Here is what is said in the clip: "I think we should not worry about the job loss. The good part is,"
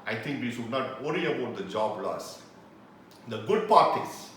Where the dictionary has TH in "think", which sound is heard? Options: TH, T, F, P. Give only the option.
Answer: T